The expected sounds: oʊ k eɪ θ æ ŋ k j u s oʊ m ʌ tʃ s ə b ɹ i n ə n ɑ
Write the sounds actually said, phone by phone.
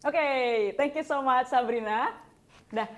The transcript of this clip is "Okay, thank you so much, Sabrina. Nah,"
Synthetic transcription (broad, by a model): oʊ k eɪ t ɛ ŋ k j u s oʊ m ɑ tʃ s ə b ɹ i n ə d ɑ